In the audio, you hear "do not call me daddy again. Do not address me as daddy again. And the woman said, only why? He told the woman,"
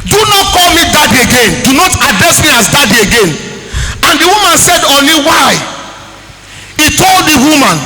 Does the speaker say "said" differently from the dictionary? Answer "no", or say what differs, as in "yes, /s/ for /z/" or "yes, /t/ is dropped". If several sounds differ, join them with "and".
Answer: no